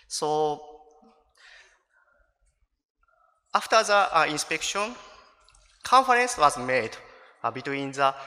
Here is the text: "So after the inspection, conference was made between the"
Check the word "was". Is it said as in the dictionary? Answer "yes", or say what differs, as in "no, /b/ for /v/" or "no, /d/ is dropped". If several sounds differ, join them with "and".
yes